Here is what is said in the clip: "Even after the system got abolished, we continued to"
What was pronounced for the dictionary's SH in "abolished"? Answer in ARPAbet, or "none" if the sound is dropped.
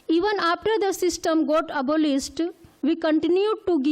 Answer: S